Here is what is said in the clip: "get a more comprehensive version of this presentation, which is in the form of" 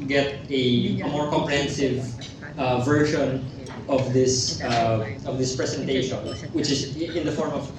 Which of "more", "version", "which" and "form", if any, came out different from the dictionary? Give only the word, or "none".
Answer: version